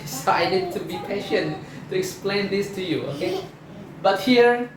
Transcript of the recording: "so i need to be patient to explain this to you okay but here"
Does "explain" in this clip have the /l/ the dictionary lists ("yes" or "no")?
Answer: yes